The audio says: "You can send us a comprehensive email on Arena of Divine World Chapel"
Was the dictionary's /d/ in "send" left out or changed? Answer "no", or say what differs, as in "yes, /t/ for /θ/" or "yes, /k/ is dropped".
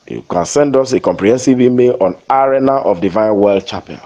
no